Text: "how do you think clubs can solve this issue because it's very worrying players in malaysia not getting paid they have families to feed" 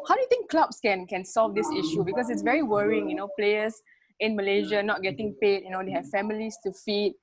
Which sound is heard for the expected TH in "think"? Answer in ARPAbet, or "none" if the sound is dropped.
T